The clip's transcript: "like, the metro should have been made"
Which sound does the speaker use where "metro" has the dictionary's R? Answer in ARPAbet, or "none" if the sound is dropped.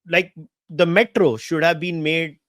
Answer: R